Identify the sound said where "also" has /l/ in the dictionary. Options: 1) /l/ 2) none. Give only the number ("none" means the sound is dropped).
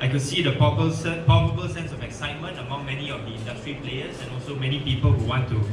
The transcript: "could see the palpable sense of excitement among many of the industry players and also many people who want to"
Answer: 1